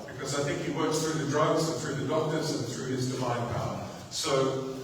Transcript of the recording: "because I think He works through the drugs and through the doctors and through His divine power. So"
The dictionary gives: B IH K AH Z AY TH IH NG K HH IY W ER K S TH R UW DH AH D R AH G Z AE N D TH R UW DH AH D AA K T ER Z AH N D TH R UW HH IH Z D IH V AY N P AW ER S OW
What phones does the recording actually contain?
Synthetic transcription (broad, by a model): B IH K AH Z AY TH IH NG K HH IY W ER K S TH R UW DH AH D R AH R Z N TH R UW DH AH D AA K T ER Z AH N TH R UW IH Z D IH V AY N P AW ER S OW